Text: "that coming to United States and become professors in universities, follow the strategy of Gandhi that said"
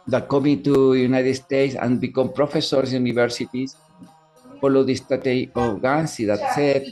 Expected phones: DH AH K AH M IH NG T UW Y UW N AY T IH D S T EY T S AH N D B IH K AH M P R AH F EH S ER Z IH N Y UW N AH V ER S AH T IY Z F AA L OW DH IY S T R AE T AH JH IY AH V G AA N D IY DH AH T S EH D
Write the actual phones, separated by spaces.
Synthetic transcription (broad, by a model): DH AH K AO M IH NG T UW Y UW N AY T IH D S T EY T S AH N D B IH K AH M P R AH F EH S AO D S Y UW N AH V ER S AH T IY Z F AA L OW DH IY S T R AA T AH IY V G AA N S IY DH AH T S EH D